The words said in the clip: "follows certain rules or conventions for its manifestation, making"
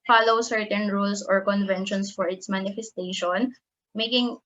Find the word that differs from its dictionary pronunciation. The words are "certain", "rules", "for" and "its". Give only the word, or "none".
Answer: rules